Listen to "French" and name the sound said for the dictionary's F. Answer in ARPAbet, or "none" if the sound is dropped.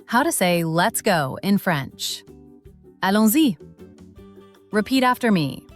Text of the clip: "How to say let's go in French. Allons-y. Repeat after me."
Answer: F